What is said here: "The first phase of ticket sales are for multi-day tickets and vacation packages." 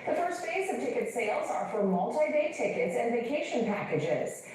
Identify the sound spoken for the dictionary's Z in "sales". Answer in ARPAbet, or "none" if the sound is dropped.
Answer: Z